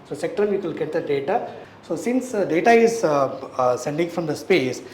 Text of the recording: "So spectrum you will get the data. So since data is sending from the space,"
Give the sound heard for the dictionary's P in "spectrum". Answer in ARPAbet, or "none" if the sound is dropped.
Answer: none